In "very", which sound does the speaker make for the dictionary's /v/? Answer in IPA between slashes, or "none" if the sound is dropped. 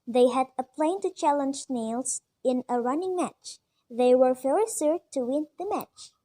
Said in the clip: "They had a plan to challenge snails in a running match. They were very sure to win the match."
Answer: /f/